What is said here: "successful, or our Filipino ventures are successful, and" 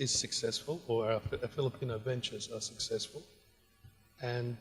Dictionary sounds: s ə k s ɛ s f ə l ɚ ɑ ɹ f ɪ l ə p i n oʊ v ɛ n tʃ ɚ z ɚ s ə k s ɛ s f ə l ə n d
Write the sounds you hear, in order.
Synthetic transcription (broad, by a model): s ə k s ɛ s f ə l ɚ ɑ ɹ f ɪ l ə p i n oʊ v ɛ n tʃ ɚ z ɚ s ə k s ɛ s f ə l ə n